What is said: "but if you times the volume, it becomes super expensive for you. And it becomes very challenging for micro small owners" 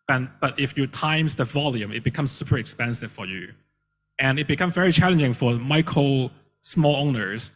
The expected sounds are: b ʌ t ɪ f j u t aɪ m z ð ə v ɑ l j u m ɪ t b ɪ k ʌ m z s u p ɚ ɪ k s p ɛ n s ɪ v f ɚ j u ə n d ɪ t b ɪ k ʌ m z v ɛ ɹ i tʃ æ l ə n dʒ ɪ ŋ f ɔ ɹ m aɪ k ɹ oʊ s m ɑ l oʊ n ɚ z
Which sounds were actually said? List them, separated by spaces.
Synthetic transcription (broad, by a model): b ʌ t ɪ f j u t aɪ m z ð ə v ɑ l j u m ɪ t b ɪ k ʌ m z s u p ɚ ɪ k s p ɛ n s ɪ v f ɚ j u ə n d ɪ t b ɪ k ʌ m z v ɛ ɹ i tʃ æ l ə n dʒ ɪ ŋ f ɔ ɹ m aɪ k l s m ɑ l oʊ n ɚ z